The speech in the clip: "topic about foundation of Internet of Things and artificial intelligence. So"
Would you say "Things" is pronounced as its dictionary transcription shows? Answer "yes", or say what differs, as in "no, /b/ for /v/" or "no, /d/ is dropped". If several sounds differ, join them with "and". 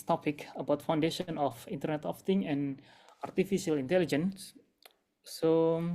no, /z/ is dropped